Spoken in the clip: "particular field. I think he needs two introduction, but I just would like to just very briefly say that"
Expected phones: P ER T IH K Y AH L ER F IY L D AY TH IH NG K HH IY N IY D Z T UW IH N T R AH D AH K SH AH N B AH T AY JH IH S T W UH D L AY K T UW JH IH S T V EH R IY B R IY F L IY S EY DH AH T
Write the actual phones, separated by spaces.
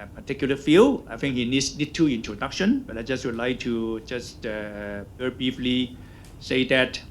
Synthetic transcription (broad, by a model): P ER T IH K Y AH L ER F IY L AY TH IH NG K HH IY N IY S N T UW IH N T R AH D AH K SH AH N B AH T AY JH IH S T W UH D L AY K T UW JH IH S T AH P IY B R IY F L IY S EY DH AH T